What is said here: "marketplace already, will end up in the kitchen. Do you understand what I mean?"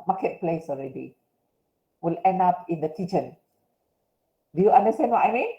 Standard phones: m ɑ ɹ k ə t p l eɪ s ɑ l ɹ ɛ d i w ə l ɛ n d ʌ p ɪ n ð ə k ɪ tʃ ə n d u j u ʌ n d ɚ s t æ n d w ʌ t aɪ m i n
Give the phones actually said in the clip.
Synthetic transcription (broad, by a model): m ɑ k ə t p l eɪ s ɑ l ɹ ɛ d i w ə l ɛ n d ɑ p ɪ n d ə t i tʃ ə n d u j u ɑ n d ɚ s t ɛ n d w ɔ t aɪ m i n